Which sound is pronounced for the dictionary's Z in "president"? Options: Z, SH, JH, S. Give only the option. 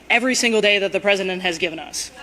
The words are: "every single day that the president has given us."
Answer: Z